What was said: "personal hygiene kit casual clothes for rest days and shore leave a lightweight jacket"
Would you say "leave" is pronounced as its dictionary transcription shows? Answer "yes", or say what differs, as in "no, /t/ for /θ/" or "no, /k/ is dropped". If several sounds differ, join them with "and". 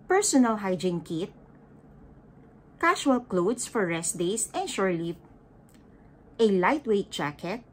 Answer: no, /v/ is dropped